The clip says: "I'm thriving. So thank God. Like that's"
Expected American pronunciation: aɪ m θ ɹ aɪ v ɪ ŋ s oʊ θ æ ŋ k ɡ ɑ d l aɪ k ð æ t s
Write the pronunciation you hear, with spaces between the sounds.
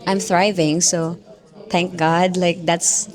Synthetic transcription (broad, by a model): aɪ m θ ɹ aɪ v ɪ ŋ s oʊ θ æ ŋ k ɡ ɑ d l aɪ k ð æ t s